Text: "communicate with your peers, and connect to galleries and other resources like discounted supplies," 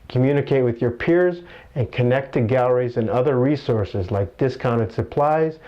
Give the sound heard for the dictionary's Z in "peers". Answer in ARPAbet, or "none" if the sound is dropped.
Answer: Z